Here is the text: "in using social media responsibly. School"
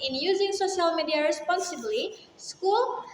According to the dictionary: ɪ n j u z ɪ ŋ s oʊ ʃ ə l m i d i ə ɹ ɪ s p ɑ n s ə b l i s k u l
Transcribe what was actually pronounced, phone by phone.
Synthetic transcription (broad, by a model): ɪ n j u z ɪ ŋ s oʊ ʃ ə l m i d i ə ɹ ɪ s p ɑ n s ə b l i s k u l